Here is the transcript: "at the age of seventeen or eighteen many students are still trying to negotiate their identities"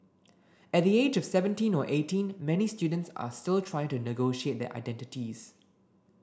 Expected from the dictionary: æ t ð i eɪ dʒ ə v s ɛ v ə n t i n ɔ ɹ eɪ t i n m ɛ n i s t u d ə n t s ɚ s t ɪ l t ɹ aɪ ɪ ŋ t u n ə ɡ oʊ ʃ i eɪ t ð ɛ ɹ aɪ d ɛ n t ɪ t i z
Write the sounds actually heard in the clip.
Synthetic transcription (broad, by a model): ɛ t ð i eɪ dʒ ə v s ɛ v ə n t i n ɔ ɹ eɪ t i n m ɛ n i s t u d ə n t s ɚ s t ɪ l t ɹ aɪ ɪ ŋ t u n ə ɡ oʊ ʃ i eɪ t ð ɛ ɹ aɪ d ɛ n t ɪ t i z